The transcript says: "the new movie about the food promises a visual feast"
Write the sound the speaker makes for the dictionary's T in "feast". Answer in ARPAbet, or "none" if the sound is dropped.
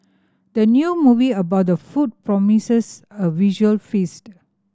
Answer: T